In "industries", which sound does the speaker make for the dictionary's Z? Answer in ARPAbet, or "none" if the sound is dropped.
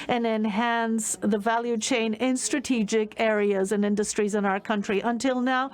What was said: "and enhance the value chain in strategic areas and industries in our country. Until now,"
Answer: Z